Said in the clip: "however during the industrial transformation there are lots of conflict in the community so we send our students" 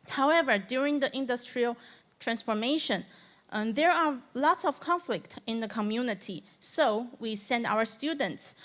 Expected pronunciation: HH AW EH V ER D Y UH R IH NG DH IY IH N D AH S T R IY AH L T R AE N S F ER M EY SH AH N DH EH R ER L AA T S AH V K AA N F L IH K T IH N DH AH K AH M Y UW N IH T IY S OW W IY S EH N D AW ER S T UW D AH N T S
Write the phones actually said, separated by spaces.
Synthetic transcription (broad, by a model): HH AW EH V ER D Y UH R IH NG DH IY IH N D AH S T R IY AH L T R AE N S F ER M EY SH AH N DH EH R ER L AA T S AH V K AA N F L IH K T IH N DH AH K AH M Y UW N IH T IY S OW W IY S EH N D AW ER S T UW D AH N T S